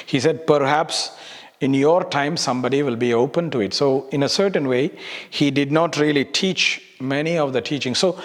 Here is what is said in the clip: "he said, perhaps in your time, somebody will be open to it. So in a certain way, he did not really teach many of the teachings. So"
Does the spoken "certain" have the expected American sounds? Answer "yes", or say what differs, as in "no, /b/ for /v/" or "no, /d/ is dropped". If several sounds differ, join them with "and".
yes